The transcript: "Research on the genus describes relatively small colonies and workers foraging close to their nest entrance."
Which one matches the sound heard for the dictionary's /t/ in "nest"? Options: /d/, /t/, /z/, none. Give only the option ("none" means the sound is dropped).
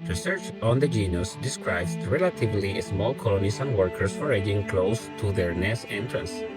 none